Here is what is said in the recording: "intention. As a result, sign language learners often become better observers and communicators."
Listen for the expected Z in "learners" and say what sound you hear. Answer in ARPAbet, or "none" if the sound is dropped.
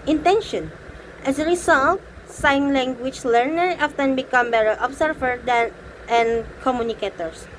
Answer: none